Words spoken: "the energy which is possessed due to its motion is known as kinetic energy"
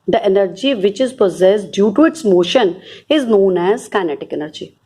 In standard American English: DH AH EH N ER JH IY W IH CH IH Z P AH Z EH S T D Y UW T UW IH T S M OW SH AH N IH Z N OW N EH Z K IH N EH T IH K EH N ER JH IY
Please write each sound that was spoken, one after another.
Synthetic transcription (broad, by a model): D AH EH N ER JH IY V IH CH IH Z P AH Z EH S T D Y UW T UW IH T S M OW SH AH N IH Z N OW N EH Z K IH N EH T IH K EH N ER JH IY